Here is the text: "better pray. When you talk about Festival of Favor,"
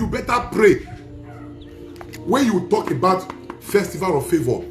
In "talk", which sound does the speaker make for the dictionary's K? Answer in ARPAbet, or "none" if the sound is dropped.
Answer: K